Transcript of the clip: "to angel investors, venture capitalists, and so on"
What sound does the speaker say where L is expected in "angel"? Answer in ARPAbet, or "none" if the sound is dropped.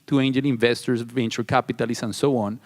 N